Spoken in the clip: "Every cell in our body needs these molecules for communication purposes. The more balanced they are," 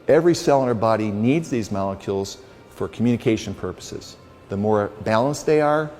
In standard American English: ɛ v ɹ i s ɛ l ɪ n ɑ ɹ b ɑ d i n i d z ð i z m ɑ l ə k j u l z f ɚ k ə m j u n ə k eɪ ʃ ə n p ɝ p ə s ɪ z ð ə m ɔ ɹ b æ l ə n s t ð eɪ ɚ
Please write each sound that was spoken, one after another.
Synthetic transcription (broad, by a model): ɛ v ɹ i s ɛ l ɪ n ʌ ɹ b ɑ d i n i d z ð i z m ɑ l ə k j u l z f ɚ k m j u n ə k eɪ ʃ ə n p ɝ p ə s ɪ z ð ə m ɔ ɹ b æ l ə n s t ð eɪ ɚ